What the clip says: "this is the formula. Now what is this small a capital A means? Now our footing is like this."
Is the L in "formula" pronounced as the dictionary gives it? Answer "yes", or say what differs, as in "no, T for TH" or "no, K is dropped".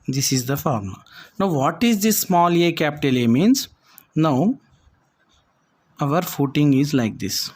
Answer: no, L is dropped